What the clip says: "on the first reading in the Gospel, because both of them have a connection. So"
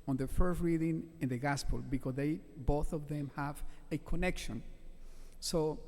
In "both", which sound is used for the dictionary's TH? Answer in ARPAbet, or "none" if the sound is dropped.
TH